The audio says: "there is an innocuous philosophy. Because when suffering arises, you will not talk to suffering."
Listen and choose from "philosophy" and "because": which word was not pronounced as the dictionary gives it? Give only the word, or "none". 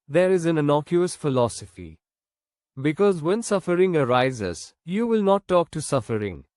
none